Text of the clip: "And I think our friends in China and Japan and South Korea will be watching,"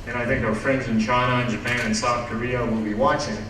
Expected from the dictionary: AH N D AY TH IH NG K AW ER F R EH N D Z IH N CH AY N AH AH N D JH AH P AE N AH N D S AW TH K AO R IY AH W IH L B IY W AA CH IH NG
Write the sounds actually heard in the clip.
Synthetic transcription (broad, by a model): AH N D AY TH IH NG K AW ER F R EH N D Z IH N CH AY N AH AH N JH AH P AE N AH N S AW TH K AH R IY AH W IH L B IY W AA CH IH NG